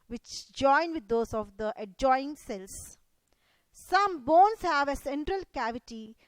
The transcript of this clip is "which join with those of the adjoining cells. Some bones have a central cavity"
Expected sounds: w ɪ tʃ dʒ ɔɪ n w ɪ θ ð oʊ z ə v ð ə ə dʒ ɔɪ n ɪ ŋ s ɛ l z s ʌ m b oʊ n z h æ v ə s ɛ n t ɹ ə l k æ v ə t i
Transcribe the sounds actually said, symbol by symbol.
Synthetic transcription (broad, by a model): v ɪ tʃ dʒ ɔɪ n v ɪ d oʊ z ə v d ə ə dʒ ɔɪ ɪ ŋ s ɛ l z s ʌ m b oʊ n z h æ v ə s ɛ n t ɹ ə l k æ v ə t i